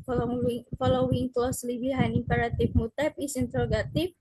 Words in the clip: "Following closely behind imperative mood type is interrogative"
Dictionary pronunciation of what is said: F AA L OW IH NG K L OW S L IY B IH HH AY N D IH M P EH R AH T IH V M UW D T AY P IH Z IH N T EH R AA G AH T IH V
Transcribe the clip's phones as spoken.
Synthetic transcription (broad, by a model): F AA L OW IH NG K L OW S L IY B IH HH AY N IH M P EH R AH T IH F M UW T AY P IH S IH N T R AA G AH T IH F